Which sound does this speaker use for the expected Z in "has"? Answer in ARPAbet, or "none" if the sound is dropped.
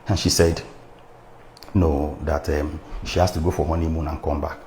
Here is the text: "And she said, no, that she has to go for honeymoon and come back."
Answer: S